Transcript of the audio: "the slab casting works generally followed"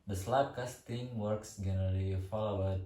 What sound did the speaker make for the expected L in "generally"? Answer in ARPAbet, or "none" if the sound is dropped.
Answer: none